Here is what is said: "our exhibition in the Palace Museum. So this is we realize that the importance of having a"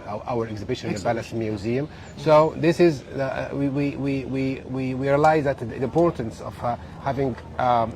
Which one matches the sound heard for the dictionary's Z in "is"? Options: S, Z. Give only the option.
Z